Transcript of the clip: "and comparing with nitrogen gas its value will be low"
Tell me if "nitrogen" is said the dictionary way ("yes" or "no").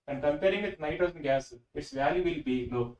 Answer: no